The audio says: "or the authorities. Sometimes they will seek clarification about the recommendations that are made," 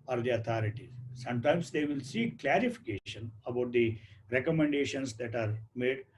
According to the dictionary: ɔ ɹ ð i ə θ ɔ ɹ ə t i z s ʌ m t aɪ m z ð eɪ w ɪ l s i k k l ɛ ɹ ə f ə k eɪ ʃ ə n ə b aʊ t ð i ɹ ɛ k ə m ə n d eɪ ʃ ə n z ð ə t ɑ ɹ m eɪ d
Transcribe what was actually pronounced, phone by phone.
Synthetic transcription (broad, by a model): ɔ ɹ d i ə t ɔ ɹ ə t i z s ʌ m t aɪ m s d eɪ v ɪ l s i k k l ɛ ɹ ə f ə k eɪ ʃ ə n ə b aʊ t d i ɹ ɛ k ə m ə n d eɪ ʃ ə n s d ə t ɑ ɹ m eɪ d